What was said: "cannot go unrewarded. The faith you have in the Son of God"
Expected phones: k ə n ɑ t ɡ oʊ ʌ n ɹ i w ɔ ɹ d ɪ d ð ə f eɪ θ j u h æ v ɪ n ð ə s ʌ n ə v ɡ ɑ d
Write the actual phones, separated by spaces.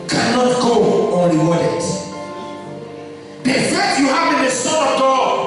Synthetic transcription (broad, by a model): k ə n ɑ t ɡ oʊ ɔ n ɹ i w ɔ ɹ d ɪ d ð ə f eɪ t j u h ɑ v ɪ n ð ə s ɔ ə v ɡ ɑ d